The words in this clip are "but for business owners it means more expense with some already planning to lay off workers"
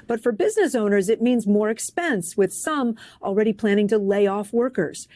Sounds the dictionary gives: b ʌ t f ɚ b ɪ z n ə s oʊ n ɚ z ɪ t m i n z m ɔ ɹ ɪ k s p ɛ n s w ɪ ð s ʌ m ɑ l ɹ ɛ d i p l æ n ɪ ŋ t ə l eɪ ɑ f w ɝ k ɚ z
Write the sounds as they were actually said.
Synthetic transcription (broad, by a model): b ʌ t f ɚ b ɪ z n ə s oʊ n ɚ z ɪ t m i n z m ɔ ɹ ɪ k s p ɛ n s w ɪ ð s ʌ m l ɹ ɛ d i p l æ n ɪ ŋ t ə l eɪ ɑ f w ɝ k ɚ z